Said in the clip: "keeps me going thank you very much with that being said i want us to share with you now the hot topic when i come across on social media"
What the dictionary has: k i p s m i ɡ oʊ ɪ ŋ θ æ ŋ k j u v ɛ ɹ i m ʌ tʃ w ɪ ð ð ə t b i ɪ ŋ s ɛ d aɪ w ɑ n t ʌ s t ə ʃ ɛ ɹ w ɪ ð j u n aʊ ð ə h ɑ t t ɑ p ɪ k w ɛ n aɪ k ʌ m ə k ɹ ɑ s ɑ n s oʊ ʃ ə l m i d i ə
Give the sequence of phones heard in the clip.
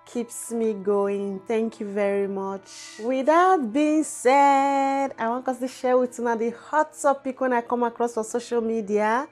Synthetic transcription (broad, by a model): k i p s m i ɡ oʊ ɪ ŋ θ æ ŋ k j u v ɛ ɹ i m ʌ tʃ w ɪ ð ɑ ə t b i ɪ ŋ s ɛ d aɪ w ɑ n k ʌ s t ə ʃ ɛ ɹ w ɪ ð j u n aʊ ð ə h ɑ t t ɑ p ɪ k w ɛ n aɪ k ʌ m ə k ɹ ɑ s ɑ s oʊ ʃ ə l m i d i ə